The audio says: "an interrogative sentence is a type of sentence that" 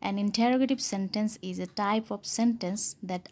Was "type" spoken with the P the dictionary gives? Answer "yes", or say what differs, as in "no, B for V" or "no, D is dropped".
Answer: yes